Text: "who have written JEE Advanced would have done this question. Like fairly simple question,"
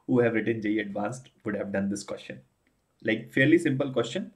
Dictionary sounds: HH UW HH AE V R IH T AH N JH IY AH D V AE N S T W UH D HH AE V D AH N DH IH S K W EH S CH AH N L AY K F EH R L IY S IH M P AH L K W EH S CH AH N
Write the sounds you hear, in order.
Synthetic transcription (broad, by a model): HH UW HH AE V R IH T AH N JH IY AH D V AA N S T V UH D HH AE V D AH N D IH S K W EH S CH AH N L AY K F EH R L IY S IH M P AH L K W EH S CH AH N